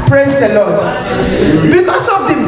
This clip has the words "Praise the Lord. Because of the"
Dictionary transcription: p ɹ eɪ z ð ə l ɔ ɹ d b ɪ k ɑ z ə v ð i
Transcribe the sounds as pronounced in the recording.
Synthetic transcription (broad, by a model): p ɹ eɪ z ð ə l ɔ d b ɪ k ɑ s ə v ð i